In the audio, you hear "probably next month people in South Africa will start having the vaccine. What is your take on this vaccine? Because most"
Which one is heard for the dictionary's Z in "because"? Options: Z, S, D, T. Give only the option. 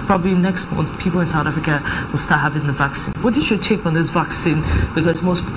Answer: S